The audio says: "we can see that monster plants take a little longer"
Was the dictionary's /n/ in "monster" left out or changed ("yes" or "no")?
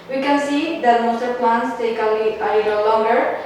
yes